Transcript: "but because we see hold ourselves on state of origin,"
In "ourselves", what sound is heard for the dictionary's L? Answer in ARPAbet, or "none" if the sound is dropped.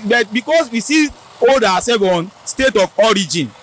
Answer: none